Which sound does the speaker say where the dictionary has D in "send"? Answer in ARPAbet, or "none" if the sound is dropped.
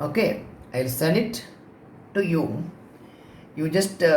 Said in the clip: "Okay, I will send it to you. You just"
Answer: none